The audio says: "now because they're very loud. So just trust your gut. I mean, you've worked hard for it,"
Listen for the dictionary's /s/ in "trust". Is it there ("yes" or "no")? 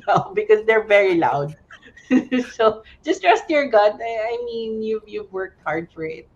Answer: yes